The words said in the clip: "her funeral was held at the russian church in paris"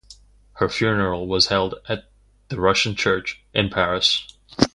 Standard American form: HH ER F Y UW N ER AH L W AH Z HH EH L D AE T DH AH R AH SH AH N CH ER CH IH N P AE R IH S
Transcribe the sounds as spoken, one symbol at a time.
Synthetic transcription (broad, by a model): HH ER F Y UW N ER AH L W AH Z HH EH L D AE T DH AH R AH SH N CH ER CH IH N P AE R IH S